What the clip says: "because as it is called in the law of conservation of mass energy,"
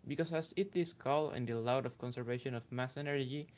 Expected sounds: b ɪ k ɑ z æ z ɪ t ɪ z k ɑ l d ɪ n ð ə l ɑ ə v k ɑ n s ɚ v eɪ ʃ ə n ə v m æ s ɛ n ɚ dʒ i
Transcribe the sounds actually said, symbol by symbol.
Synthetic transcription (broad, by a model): b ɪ k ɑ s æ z ɪ t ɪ s k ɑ l ɪ n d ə l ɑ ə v k ɑ n s ɚ v eɪ ʃ ə n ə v m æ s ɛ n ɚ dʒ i